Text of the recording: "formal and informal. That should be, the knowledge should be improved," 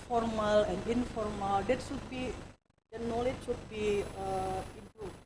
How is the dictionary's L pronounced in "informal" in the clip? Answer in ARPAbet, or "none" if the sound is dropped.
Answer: L